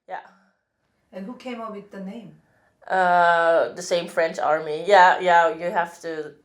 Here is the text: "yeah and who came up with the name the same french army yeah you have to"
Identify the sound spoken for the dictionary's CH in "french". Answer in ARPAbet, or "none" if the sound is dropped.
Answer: CH